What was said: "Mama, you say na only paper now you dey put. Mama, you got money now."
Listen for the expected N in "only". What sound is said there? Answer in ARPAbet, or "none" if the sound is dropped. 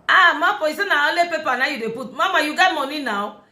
none